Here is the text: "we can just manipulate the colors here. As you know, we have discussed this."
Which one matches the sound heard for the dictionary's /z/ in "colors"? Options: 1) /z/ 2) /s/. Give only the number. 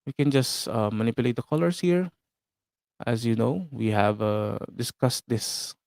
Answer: 2